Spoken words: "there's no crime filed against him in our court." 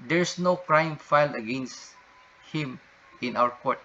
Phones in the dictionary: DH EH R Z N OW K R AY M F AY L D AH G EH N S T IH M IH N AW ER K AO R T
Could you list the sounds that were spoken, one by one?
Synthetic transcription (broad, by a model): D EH R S N OW K R AY M F AY L AH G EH N S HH IH M IH N AW ER K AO R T